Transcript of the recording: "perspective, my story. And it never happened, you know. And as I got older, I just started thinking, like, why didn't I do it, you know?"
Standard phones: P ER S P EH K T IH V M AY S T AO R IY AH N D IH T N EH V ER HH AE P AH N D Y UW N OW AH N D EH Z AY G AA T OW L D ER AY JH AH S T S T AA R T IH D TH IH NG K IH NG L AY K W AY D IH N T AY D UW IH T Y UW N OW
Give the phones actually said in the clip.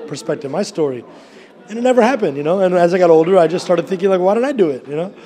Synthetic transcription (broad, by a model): P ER S P EH K T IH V M AY S T AO R IY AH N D IH T N EH V ER HH AE P AH N D Y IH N OW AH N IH Z AY G AA T OW L D ER AY JH AH S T S T AA R T IH D TH IH NG K IH NG L AY K W AY D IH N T AY D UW IH T Y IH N OW